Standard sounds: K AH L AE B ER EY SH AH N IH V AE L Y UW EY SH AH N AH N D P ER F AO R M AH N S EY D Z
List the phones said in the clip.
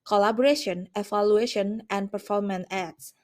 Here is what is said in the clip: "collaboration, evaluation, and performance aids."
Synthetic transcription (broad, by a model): K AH L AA B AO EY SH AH N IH F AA L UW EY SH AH N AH N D P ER F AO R M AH N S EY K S